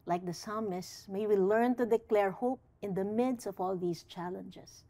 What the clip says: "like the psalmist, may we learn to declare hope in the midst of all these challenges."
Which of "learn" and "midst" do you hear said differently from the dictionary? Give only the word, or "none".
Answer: midst